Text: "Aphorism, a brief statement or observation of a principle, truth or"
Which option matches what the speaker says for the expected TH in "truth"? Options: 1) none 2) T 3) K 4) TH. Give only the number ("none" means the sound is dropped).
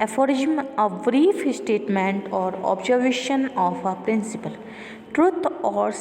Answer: 2